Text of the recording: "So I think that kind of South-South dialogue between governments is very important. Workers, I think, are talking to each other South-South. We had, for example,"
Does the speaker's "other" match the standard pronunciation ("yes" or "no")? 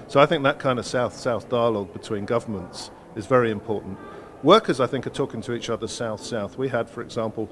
yes